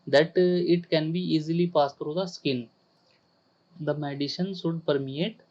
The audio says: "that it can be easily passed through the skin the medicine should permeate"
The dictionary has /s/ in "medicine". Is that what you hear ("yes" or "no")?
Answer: no